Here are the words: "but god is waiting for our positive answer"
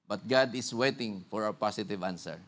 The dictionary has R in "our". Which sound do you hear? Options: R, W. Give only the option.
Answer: W